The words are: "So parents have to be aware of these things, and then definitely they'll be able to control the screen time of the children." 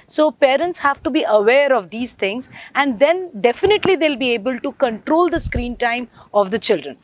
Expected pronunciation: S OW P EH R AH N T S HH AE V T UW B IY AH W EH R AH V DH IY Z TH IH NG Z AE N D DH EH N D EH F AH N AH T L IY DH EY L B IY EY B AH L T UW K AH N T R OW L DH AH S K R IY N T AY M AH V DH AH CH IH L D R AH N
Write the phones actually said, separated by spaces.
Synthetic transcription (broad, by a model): S OW P EH R AH N T S HH AE V T UW B IY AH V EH R AH V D IY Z T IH NG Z AE N D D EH N D EH F AH N AH T L IY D EY L B IY EY B AH L T UW K AH N T R OW L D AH S K R IY N T AY M AH V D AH CH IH L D R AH N